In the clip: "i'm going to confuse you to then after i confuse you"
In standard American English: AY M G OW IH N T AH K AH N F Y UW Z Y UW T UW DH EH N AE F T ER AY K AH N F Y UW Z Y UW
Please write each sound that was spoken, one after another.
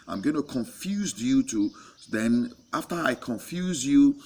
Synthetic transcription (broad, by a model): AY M G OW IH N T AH K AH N F Y UW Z Y UW T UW DH EH N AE F T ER AY K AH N F Y UW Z Y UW